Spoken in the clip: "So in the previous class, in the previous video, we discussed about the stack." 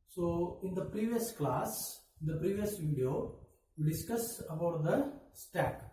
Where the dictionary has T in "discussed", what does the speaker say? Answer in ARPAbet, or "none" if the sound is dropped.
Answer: none